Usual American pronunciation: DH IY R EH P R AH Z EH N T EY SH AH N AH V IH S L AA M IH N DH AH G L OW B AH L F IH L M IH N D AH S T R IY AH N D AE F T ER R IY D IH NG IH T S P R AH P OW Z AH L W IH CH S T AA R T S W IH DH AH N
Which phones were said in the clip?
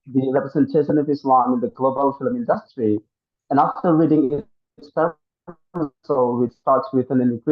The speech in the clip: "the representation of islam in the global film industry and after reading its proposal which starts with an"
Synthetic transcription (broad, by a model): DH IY R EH P R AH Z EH N T EY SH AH N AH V IH S L AA M IH N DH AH G L OW B AH L F IH L M IH N D AH S T R IY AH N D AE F T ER R IY D IH NG IH T S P AH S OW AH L W IH CH S T AA R T S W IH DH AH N